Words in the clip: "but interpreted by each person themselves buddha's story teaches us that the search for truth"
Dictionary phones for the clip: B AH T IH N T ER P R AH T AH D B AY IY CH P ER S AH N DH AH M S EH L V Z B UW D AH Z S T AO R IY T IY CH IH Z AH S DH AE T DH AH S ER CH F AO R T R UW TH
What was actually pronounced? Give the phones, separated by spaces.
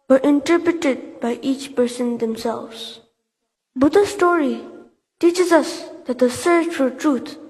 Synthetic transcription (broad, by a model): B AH T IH N T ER P R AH T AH D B AY IY CH P ER S AH N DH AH M S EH L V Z B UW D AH S T AO R IY T IY CH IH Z AH S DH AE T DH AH S ER CH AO L T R UW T